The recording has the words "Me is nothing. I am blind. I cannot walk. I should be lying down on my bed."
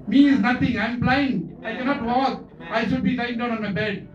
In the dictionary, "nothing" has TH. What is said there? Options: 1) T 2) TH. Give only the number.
1